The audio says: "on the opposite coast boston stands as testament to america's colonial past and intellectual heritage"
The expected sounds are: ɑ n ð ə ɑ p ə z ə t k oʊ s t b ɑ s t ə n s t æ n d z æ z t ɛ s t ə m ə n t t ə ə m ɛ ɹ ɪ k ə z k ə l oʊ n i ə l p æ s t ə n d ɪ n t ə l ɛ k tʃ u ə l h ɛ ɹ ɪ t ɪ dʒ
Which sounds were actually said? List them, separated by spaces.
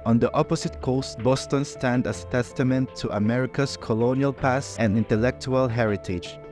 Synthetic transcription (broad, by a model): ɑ n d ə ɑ p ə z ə t k oʊ s t b ɑ s t ə n s t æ n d æ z t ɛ s t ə m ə n t t ə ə m ɛ ɹ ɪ k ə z k ə l oʊ n i ə l p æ s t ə n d ɪ n t ə l ɛ k tʃ u ə l h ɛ ɹ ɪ t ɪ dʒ